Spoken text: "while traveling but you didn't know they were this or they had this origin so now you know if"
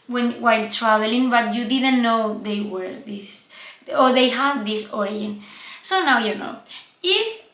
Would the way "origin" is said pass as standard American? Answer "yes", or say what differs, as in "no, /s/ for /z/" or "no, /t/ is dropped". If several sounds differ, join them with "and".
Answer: no, /dʒ/ is dropped